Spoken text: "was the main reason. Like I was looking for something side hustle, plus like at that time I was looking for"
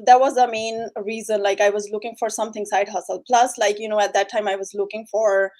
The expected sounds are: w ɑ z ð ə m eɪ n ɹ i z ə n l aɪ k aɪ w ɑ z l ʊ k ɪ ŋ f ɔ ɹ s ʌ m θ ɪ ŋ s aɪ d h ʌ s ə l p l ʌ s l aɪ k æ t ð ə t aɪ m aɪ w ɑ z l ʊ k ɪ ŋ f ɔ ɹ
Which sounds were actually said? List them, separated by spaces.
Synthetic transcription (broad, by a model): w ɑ z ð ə m eɪ n ɹ i z ə n l aɪ k aɪ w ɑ z l ʊ k ɪ ŋ f ɔ ɹ s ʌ m t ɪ ŋ s aɪ d h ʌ s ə l p l ʌ s l aɪ k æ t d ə t aɪ m aɪ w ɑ z l ʊ k ɪ ŋ f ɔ ɹ